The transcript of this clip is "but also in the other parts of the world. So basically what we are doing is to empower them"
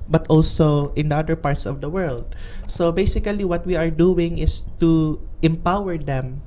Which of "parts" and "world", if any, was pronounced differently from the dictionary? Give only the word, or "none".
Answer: none